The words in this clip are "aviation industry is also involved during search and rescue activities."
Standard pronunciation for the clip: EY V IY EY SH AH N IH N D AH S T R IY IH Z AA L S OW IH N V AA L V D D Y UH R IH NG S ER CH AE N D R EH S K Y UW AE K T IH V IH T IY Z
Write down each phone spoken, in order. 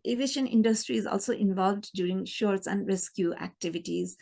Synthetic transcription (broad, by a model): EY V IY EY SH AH N IH N D AH S T R IY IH Z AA L S OW IH N V AA L V D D Y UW R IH NG SH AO S AE N D R EH S K Y UW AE K T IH V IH T IY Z